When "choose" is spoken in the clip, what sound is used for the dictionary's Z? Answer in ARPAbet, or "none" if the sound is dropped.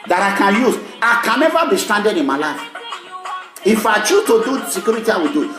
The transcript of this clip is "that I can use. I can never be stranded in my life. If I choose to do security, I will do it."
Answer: none